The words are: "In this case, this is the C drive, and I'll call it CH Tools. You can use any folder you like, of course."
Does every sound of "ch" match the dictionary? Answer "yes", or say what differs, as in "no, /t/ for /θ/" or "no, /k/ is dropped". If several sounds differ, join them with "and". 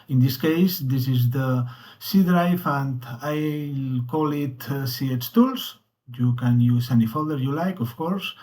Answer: no, /s/ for /tʃ/